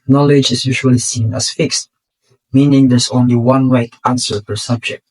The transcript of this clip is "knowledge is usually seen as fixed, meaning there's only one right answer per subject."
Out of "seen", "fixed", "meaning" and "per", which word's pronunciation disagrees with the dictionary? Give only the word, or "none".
per